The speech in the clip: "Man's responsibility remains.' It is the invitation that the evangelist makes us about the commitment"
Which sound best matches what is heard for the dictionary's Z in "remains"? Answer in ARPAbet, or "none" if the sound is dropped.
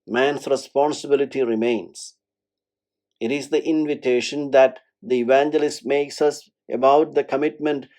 S